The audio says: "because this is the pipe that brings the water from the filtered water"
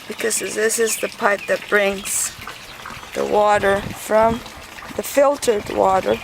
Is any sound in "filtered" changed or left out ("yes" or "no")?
no